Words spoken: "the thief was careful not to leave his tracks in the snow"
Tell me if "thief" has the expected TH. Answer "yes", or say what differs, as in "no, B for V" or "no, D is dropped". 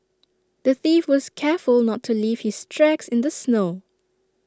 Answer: yes